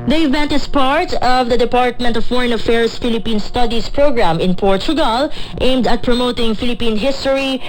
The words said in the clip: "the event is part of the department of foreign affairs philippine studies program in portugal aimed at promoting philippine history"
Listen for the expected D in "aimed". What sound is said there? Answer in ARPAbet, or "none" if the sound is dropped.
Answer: D